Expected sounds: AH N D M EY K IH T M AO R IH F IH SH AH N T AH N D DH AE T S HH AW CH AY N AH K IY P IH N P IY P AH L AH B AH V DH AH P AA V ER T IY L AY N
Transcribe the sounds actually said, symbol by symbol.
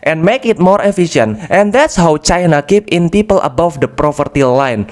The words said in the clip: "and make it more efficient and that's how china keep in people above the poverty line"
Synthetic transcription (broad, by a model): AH N M EY K IH T M AO R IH F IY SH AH N T AH N D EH T S HH AW CH AY N AH K IY P IH N P IY P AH L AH B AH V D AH P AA F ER T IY L AY N